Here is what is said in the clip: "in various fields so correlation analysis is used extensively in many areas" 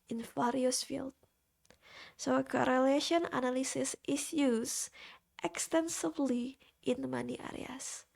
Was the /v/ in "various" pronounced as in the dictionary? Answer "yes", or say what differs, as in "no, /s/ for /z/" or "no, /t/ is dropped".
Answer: no, /f/ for /v/